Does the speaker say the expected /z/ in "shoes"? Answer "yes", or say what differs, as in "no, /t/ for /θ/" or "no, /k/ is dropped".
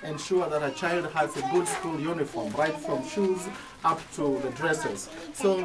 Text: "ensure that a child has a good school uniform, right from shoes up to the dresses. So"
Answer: yes